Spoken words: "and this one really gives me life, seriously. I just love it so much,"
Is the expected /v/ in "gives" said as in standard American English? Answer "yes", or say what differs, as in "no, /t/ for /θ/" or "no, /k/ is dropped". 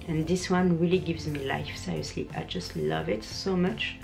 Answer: yes